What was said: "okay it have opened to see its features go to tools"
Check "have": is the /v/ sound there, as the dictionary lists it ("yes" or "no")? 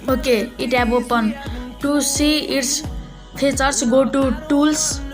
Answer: no